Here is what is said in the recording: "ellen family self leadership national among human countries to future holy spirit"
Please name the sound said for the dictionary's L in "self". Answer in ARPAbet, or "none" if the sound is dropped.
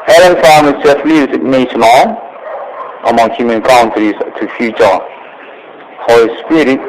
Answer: none